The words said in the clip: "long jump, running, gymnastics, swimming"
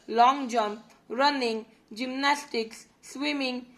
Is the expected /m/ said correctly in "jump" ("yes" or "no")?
yes